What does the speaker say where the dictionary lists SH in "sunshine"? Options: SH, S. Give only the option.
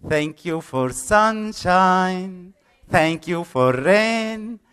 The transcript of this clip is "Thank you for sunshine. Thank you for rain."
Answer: SH